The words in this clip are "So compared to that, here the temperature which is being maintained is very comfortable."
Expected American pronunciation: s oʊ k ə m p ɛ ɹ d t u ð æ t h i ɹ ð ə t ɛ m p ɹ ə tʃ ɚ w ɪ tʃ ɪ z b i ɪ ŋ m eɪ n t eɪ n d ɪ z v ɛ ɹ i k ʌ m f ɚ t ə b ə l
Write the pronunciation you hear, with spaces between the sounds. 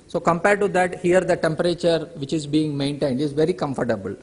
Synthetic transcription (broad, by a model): s oʊ k ə m p ɛ ɹ d t u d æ t h i ɹ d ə t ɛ m p ɹ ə tʃ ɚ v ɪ tʃ ɪ z b i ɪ ŋ m eɪ n t eɪ n d ɪ z v ɛ ɹ i k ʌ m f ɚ t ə b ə l